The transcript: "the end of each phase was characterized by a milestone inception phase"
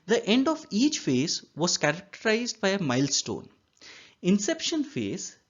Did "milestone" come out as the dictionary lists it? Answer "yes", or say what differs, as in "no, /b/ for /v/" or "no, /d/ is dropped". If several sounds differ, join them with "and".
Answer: yes